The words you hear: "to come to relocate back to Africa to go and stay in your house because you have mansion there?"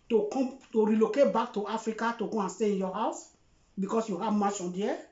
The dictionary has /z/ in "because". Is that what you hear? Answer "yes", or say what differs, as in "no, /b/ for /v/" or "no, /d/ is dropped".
no, /s/ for /z/